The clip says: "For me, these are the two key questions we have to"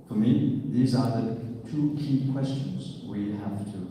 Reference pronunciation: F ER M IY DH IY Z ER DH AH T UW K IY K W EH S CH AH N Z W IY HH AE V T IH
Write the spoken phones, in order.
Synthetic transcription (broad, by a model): F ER M IY DH IY Z ER DH AH T UW K IY K W EH S CH AH N Z W IY HH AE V T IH